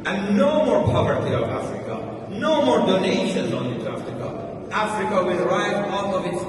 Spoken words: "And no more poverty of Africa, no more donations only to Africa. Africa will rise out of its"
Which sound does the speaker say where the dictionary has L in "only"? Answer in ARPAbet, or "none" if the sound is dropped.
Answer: none